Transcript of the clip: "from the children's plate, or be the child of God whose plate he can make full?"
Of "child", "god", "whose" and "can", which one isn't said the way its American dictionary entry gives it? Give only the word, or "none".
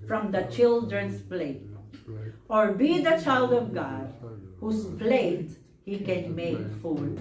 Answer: whose